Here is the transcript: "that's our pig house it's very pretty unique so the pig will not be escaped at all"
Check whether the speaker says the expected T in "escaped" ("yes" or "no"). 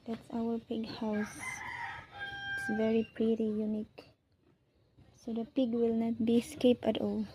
no